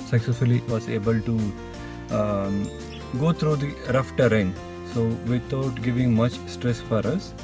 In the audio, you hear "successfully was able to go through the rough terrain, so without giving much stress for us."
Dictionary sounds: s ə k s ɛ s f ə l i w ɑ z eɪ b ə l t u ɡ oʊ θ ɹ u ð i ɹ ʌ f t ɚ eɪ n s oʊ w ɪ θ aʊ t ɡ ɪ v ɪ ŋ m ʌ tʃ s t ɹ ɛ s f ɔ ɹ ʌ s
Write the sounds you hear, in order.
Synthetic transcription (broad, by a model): s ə k s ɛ s f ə l i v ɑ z eɪ b ə l t u ɡ oʊ t ɹ u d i ɹ ʌ f t ɚ eɪ n s oʊ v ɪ t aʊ t ɡ ɪ v ɪ ŋ m ʌ tʃ s t ɹ ɛ s f ɔ ɹ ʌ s